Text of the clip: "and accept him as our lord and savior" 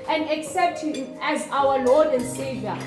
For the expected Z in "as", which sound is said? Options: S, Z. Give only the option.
Z